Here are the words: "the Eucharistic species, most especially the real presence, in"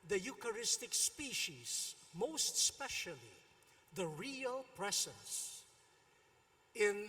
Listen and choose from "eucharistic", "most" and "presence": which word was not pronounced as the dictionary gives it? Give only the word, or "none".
presence